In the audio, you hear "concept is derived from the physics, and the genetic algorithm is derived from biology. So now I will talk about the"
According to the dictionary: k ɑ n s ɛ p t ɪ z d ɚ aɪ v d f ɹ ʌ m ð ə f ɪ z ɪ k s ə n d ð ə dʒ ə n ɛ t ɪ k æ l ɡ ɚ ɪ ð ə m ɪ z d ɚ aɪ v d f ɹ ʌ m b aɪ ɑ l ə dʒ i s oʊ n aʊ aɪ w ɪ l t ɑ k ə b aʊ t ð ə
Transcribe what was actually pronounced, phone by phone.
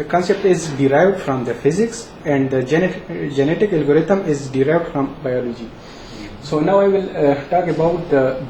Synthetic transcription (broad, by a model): k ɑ n s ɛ p t ɪ z d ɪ aɪ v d f ɹ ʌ m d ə f ɪ z ɪ k s ə n d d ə dʒ ə n ɛ t ɪ k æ l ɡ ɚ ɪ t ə m ɪ z d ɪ aɪ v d f ɹ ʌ m b aɪ ɑ l ə dʒ i s oʊ n aʊ aɪ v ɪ l t ɑ k ə b aʊ t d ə